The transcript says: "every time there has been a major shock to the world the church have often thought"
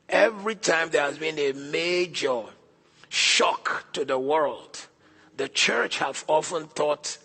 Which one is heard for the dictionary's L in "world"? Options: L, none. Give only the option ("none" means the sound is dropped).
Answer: L